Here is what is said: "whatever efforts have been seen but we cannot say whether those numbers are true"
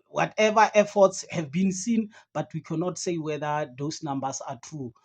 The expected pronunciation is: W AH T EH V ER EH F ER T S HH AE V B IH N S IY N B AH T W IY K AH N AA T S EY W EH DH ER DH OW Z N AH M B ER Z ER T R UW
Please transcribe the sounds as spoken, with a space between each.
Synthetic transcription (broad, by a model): W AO T EH V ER EH F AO T S HH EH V B IH N S IY N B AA T W IY K AH N AA T S EY W EH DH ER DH OW S N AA M B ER S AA T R UW